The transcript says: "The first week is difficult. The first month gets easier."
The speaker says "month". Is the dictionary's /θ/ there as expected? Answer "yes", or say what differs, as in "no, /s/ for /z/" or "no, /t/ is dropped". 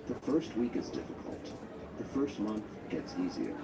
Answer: yes